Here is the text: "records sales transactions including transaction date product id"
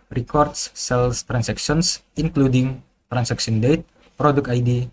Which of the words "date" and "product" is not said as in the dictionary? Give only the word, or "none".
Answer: product